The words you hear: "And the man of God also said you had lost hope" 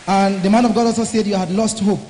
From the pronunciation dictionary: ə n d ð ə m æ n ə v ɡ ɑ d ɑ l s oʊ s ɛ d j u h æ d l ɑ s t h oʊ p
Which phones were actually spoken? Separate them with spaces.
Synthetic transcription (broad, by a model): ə n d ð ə m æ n ə v ɡ ɑ d ɑ l s oʊ s ɛ d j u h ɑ d l ɑ s t h oʊ p